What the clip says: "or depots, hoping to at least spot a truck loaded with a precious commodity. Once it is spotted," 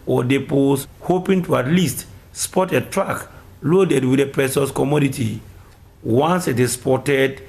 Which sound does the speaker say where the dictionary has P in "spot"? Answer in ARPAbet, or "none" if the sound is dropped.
P